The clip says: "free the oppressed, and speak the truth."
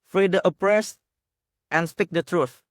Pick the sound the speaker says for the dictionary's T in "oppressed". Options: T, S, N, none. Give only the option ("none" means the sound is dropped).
T